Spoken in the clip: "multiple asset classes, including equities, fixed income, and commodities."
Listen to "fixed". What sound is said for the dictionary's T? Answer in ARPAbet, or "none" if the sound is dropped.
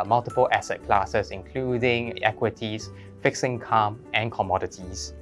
none